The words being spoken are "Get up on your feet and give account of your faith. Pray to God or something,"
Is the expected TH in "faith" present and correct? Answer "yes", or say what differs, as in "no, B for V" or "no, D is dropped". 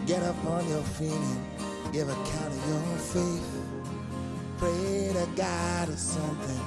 no, S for TH